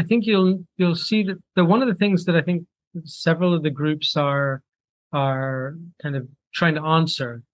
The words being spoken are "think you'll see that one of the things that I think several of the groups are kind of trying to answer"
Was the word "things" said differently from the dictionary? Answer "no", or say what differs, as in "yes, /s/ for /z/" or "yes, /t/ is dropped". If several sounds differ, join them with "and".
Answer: no